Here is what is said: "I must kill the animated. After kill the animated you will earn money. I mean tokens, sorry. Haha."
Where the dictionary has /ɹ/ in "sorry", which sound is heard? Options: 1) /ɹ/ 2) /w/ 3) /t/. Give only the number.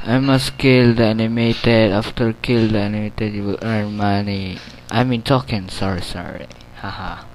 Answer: 1